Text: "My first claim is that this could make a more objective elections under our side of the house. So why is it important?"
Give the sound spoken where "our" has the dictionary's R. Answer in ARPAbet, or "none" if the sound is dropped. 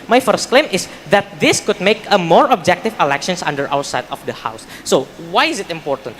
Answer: W